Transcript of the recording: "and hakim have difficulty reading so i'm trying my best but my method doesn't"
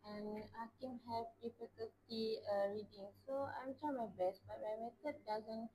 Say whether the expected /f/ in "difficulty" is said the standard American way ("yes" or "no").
no